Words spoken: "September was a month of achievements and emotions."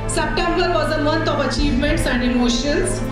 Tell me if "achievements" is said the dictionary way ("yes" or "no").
yes